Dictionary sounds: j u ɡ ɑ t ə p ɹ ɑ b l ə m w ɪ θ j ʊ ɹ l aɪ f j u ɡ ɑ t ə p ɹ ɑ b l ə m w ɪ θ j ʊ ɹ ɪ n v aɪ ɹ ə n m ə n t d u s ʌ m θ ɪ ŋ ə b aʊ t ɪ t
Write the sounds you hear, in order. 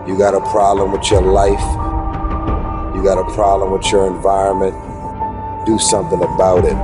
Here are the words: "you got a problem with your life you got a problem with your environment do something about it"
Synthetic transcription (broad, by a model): j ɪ ɡ ɑ t ə p ɹ ɑ b l ə m w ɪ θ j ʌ ɹ l aɪ f j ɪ ɡ ɑ t ə p ɹ ɑ b l ə m w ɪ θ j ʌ ɹ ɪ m v aɪ ɹ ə n m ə n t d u s ʌ m θ ɪ ŋ ə b aʊ t ɪ t